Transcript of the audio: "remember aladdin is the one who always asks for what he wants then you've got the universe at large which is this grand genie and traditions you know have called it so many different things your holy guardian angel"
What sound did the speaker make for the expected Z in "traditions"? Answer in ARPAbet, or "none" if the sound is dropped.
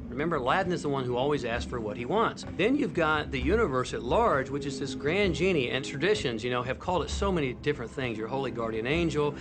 Z